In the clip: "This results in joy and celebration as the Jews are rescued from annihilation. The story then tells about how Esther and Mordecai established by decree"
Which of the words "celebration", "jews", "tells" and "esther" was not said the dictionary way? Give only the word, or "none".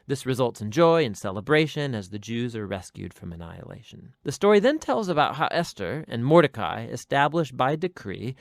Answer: none